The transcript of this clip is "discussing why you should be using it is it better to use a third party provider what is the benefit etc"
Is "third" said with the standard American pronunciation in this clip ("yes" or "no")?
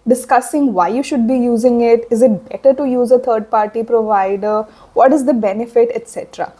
no